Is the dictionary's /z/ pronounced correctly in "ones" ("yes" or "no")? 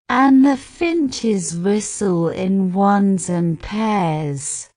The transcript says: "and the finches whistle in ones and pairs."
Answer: yes